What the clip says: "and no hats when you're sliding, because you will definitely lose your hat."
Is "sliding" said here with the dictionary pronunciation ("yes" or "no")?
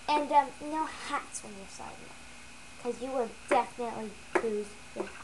no